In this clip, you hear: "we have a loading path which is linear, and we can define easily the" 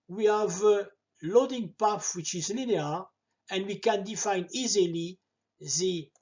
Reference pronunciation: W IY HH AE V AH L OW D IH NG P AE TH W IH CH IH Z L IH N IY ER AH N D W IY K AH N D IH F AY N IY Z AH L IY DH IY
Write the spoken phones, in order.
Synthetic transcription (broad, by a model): W IY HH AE V AH L OW D IH NG P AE F W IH CH IH Z L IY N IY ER AH N D W IY K AH N D IH F AY N IY Z AH L IY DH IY